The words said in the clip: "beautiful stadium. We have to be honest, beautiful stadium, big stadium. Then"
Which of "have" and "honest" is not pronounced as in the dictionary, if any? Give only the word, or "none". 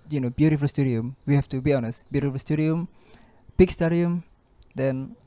have